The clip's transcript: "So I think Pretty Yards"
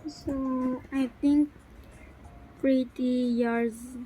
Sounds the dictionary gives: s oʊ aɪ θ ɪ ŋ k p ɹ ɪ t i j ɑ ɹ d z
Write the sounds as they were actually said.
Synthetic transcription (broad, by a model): s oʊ aɪ t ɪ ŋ k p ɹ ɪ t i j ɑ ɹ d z